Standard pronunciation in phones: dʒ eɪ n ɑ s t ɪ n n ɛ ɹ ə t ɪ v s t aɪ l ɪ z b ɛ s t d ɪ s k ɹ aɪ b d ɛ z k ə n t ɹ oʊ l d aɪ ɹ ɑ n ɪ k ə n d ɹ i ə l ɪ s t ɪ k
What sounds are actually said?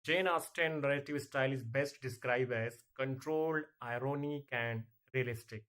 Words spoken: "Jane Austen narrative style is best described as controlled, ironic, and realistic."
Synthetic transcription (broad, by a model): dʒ eɪ n ɑ s t ɪ n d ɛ l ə t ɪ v s t aɪ l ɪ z b ɛ s t d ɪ s k ɹ aɪ b ɛ z k ə n t ɹ oʊ l d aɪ ɹ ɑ n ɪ k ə n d ɹ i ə l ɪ s t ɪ k